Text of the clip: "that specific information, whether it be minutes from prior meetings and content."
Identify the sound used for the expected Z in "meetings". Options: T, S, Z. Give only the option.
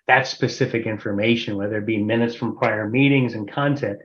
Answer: Z